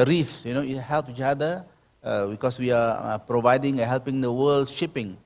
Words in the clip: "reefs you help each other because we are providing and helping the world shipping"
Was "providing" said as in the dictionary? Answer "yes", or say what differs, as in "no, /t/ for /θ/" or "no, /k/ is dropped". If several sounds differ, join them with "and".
yes